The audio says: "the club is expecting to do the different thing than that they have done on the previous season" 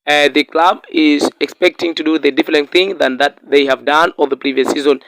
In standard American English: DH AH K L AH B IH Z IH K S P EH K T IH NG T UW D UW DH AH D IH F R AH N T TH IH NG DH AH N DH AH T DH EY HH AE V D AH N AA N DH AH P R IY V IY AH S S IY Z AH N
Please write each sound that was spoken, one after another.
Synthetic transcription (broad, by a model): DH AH K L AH B IH Z IH K S P EH K T IH NG T UW D UW DH AH D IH F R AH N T TH IH NG DH AH N DH AH T DH EY HH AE V D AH N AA L DH AH P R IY V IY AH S S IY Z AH N